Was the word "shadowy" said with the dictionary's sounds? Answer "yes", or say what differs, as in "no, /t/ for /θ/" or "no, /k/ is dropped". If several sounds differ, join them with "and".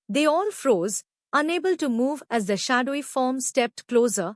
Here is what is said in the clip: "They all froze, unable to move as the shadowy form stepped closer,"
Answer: yes